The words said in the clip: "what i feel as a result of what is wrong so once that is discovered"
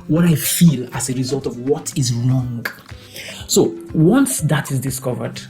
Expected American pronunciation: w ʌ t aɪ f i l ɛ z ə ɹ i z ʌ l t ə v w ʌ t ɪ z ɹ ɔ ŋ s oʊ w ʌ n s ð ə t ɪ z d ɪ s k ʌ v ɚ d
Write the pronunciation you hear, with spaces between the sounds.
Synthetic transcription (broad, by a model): w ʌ t aɪ f i l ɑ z ə ɹ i z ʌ l t ə v w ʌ t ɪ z ɹ ɔ ŋ s oʊ w ʌ n s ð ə t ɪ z d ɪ s k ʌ v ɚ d